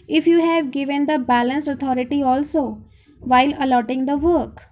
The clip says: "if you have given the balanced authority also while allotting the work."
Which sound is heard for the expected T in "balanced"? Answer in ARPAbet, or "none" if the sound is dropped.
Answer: none